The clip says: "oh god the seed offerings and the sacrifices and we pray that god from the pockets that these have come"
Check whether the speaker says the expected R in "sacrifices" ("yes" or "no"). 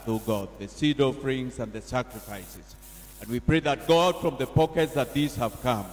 yes